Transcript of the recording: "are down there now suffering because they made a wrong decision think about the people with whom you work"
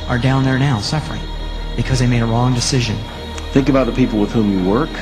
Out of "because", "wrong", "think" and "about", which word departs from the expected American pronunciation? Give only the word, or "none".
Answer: none